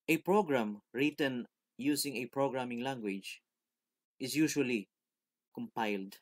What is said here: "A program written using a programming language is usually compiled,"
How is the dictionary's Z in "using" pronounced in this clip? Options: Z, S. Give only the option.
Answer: S